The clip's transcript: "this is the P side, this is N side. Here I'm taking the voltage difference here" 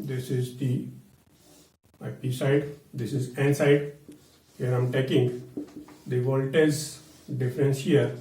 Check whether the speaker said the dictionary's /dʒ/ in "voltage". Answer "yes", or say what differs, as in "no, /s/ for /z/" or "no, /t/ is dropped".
no, /z/ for /dʒ/